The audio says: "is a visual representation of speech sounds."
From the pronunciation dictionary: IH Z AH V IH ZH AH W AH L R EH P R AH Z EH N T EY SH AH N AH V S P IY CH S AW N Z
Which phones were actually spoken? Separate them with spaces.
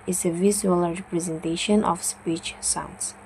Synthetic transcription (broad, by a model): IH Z AH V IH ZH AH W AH L R EH P R AH Z EH N T EY SH AH N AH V S P IY CH S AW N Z